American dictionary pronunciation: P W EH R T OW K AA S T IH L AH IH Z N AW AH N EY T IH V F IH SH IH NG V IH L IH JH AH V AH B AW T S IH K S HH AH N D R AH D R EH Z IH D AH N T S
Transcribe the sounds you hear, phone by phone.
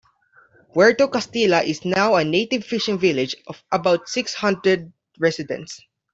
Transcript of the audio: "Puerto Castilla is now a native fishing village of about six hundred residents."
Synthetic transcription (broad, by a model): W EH R T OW K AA S T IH L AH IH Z N AW AH N EY T IH V F IH SH IH NG V IH L IH JH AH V AH B AW T S IH K S HH AH N D R AH D R EH S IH D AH N T S